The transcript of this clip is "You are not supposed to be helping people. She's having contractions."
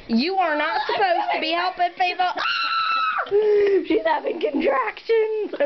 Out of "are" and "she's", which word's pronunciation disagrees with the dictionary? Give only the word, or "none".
none